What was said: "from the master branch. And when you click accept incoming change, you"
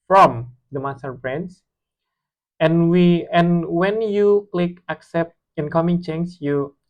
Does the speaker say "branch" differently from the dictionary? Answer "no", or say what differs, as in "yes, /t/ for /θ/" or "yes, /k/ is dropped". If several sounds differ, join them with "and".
yes, /s/ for /tʃ/